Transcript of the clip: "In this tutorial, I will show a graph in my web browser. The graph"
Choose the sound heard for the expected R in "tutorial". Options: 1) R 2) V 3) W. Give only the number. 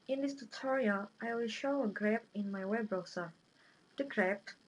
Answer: 1